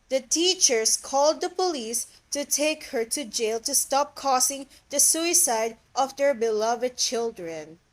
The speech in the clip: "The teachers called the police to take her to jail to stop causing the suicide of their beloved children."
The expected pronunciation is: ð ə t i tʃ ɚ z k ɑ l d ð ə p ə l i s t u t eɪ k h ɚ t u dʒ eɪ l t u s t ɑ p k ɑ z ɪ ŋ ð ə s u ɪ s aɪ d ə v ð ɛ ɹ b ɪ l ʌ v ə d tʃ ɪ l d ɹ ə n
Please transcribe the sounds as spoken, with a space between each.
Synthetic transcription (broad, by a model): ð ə t i tʃ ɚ s k ɑ l d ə p ə l i s t u t eɪ k h ɚ t u dʒ eɪ l t u s t ɑ p k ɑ s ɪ ŋ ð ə s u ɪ s aɪ d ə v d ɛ ɹ b ɪ l ʌ v ə d tʃ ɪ l d ɹ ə n